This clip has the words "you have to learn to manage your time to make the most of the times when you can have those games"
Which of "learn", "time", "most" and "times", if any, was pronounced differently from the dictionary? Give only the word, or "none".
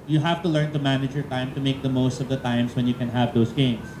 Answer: times